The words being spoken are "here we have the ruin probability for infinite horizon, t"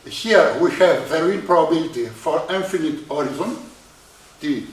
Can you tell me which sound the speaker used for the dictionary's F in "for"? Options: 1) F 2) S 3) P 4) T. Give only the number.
1